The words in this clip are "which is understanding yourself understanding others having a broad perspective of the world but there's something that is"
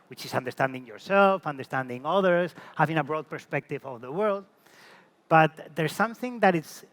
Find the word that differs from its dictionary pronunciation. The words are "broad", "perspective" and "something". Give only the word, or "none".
none